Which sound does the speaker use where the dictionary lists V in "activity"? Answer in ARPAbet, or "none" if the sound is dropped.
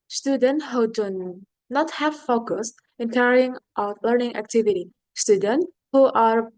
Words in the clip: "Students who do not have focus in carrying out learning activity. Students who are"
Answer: V